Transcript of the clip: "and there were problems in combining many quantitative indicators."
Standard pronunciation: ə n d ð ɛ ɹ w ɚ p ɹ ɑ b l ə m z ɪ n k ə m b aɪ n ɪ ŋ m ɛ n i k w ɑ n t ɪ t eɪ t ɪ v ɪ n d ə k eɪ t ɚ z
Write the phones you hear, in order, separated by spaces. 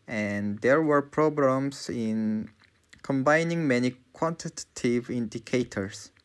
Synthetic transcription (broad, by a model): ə n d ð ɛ ɹ w ɚ p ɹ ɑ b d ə m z ɪ n k ə m b aɪ n ɪ ŋ m ɛ n i k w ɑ n t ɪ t t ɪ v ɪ n d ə k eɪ t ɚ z